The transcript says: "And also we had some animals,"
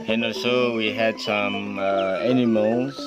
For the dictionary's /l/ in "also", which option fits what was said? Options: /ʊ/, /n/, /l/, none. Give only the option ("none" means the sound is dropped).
none